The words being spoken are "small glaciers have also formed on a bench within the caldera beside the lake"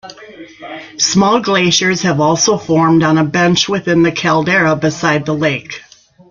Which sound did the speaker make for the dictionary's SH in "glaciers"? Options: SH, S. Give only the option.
SH